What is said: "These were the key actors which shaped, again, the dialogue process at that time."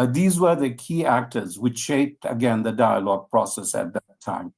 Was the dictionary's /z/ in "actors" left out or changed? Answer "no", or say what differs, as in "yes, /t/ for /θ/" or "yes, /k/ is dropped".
no